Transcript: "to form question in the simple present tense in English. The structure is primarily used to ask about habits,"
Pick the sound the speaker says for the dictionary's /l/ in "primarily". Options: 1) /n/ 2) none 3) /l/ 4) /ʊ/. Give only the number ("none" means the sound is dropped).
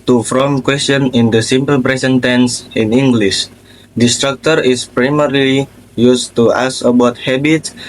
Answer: 3